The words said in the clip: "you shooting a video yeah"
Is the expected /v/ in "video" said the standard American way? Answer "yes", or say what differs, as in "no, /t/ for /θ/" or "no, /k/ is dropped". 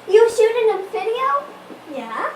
no, /f/ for /v/